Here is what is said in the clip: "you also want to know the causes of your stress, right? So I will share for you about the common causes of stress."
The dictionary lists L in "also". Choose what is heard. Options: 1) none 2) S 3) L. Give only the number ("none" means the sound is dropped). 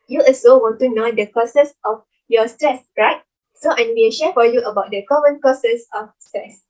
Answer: 1